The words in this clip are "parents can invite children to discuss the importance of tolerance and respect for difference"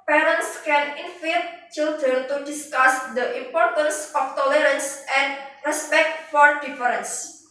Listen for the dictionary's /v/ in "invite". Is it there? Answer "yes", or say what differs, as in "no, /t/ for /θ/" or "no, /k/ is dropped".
no, /f/ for /v/